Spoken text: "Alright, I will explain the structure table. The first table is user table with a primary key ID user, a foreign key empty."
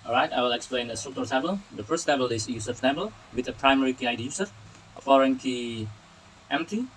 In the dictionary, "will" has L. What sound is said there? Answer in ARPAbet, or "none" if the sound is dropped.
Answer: L